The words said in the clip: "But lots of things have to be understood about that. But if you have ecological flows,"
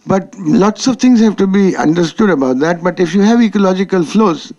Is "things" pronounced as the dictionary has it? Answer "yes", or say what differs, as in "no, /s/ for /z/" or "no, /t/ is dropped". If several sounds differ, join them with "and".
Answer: no, /t/ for /θ/